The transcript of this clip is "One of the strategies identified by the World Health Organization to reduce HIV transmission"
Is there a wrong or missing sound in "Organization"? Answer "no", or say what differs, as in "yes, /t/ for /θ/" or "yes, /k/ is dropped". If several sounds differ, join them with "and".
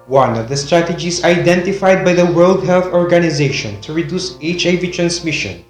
no